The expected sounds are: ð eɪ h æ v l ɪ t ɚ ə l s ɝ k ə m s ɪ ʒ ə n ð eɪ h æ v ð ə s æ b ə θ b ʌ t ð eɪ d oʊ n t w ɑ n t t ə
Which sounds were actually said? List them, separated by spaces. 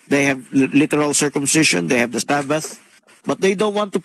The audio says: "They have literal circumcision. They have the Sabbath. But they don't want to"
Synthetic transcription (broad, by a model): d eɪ h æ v l ɪ t ɚ ə l s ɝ k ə m s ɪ ʃ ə n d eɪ h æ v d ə s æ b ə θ b ʌ t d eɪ d oʊ n t w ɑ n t t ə